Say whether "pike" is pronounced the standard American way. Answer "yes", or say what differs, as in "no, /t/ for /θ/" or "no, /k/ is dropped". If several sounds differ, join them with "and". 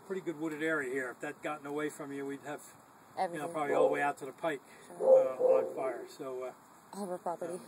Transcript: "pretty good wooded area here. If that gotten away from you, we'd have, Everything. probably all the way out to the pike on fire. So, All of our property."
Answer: yes